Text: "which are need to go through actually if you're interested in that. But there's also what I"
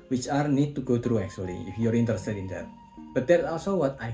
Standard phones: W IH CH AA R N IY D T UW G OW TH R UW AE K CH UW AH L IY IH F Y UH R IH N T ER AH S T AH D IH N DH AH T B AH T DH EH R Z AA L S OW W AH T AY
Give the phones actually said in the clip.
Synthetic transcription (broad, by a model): W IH CH AA R N IY D T UW G OW T R UW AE K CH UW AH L IY IH F Y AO R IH N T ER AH S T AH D IH N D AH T B AH T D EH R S AA L S OW W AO T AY